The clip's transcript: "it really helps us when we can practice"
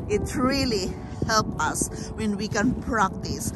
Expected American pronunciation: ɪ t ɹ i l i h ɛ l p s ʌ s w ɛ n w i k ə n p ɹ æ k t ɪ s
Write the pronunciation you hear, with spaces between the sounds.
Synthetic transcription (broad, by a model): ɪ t ɹ i l i h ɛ l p ʌ s w ɛ n w i k ə n p ɹ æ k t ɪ s